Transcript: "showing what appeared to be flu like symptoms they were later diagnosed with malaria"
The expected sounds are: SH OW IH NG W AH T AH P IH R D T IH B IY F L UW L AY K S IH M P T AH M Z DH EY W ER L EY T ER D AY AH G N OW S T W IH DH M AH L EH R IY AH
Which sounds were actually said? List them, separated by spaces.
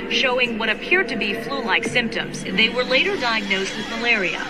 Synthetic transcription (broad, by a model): SH OW IH NG W AH T AH P IH R D T IH B IY F L UW L AY K S IH M P T AH M Z DH EY W ER L EY T ER D AY AH G N OW S T W IH DH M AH L EH R IY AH